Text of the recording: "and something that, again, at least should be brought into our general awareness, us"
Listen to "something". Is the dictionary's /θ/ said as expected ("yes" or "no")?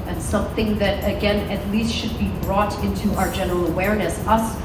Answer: yes